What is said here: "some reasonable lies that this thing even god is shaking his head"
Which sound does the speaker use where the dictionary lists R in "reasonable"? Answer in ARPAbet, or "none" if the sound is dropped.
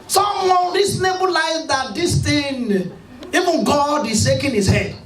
W